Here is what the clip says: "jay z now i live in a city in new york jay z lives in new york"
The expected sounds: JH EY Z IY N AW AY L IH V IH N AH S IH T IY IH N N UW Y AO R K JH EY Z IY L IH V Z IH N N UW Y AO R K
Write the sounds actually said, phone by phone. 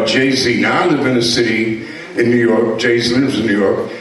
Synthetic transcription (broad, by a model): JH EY Z IY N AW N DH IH B IH N AH S IH T IY IH N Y UW Y AO R K JH EY Z IY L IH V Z IH N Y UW Y AO R K